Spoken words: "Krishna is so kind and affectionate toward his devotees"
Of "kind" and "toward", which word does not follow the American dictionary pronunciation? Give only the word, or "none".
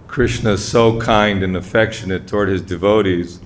none